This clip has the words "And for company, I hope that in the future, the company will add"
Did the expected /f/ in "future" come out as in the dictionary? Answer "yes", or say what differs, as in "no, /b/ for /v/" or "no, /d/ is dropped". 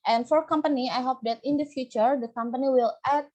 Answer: yes